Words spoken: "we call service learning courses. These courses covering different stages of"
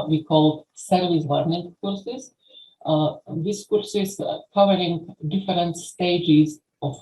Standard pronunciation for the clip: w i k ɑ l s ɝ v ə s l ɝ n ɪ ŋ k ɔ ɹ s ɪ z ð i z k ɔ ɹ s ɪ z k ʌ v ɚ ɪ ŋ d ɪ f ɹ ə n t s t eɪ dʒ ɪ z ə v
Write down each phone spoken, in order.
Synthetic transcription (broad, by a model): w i k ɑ l s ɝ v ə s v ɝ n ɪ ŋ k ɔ ɹ s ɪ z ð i s k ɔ ɹ s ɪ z k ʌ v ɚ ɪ ŋ d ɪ f ɹ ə n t s t eɪ dʒ ɪ z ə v